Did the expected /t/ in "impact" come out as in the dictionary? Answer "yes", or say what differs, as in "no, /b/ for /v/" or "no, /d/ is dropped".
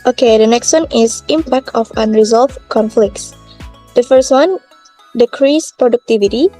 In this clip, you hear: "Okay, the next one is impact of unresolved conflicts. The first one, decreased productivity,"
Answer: yes